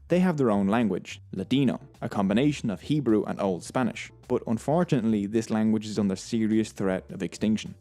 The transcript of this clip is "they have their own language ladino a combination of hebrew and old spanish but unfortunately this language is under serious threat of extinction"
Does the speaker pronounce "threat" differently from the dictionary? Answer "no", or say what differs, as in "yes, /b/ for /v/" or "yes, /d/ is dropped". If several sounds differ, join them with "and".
no